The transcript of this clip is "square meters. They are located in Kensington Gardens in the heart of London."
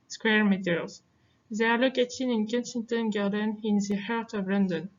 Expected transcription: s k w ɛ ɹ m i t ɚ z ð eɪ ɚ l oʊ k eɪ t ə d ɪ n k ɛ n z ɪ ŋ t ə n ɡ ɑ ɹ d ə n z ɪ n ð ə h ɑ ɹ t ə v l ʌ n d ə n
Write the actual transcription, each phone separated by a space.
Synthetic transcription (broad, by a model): s k w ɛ ɹ m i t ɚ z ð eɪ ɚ l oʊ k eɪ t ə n ɪ n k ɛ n s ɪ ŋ t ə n ɡ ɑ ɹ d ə n ɪ n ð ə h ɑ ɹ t ə v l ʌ n d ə n